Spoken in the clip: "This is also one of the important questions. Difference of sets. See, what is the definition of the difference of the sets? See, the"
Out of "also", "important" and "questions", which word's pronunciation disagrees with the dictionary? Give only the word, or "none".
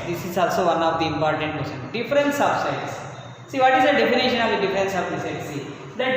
questions